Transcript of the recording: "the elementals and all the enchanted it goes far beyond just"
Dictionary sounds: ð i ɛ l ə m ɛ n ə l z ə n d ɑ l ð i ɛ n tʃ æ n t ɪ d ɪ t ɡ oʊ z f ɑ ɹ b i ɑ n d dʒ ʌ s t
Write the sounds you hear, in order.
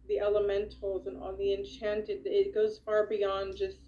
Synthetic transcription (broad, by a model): ð i ɛ l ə m ɛ n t l z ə n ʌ n ð i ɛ n tʃ æ n t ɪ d ɪ t ɡ oʊ z f ɑ ɹ b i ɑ n dʒ ʌ s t